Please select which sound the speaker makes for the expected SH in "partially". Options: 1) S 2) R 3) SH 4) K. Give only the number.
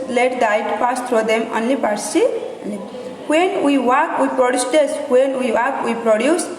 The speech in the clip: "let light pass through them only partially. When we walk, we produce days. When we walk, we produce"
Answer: 1